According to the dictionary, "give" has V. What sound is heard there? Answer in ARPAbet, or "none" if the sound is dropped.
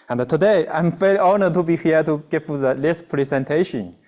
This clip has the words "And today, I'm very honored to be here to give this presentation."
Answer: F